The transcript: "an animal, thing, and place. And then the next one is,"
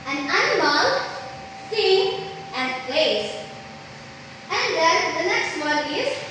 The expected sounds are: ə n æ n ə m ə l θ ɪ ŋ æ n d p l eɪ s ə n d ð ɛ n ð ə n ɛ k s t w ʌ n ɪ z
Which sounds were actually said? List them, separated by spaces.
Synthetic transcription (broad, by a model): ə n æ n ə m ə l s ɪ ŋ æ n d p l eɪ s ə n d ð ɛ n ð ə n ɛ k s t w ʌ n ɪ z